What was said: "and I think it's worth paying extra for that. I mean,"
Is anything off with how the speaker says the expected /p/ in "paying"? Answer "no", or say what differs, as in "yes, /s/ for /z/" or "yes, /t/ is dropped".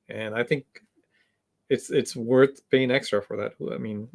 yes, /b/ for /p/